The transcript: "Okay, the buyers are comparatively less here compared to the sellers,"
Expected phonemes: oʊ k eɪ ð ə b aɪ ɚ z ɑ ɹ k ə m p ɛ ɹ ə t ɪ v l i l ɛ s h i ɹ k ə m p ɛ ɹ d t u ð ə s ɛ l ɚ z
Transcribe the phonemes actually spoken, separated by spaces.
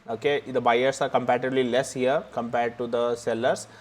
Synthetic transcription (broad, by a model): oʊ k eɪ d ə b aɪ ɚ s ɑ ɹ k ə m p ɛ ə t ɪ b l i l ɛ s h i ɹ k ə m p ɛ ɹ d t u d ə s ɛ l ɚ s